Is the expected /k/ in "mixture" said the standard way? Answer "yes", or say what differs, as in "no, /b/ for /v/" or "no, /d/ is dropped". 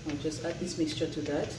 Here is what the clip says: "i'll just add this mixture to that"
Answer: yes